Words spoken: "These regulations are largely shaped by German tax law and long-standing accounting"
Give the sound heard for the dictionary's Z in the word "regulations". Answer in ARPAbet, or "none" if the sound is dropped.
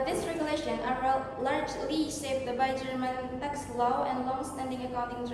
none